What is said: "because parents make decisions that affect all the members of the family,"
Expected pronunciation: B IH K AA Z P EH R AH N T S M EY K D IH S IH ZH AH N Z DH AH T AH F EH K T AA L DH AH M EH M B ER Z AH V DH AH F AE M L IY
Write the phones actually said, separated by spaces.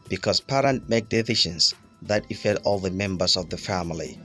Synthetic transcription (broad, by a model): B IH K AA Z P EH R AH N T M EY K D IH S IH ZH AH N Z DH AH T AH F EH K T AA L DH AH M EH M B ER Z AH V DH AH F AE M L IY